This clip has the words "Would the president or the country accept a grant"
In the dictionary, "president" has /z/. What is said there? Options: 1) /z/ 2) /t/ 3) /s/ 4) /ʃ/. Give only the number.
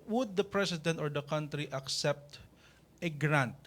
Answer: 3